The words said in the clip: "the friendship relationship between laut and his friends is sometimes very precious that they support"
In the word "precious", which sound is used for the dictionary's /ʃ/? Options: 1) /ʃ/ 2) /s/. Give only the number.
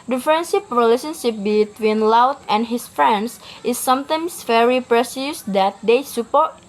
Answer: 2